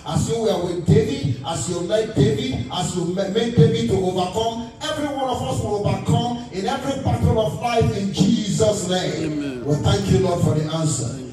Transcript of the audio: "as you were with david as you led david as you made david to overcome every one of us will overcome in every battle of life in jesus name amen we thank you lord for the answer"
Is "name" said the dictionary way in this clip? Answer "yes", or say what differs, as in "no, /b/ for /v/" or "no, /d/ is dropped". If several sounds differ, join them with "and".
no, /m/ is dropped